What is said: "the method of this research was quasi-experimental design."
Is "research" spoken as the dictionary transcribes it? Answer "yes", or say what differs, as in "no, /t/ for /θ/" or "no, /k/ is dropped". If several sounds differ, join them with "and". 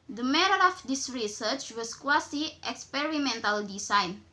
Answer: yes